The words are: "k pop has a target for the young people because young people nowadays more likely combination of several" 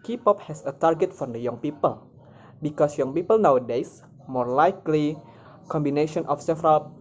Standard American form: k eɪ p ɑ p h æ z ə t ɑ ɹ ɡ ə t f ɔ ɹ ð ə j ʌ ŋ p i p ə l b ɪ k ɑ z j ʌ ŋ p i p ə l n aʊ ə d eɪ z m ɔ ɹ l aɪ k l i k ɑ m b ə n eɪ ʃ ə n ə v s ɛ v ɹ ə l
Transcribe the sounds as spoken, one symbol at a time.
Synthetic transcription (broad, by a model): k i p ɑ p h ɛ s ə t ɑ ɹ ɡ ə t f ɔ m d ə j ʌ ŋ p i p ə l b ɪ k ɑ s j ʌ ŋ p i p ə l n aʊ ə d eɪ s m ɔ ɹ l aɪ k l i k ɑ m b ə n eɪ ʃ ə n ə f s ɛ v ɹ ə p